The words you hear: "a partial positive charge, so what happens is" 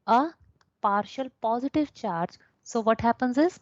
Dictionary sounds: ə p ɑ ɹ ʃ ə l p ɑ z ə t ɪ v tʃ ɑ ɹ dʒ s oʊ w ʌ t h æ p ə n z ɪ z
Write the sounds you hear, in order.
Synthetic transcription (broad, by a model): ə p ɑ ɹ ʃ ə l p ɑ z ə t ɪ v tʃ ɑ ɹ dʒ s oʊ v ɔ t h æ p ə n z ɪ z